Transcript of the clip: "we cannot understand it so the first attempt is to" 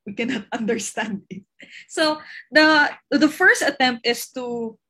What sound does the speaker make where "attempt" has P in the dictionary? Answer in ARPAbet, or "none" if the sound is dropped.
P